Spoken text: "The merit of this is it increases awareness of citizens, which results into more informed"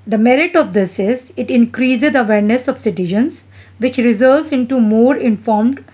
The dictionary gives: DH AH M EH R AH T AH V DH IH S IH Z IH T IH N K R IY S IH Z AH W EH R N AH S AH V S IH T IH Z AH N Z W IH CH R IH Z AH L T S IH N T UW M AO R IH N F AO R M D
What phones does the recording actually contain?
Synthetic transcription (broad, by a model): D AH M EH R AH T AH V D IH S IH Z IH T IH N K R IY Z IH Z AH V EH R N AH S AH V S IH T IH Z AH N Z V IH CH R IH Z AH L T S IH N T UW M AO R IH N F AO R M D